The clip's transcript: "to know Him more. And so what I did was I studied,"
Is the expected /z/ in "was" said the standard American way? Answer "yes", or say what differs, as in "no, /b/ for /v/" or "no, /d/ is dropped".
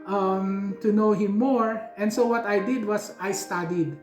no, /s/ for /z/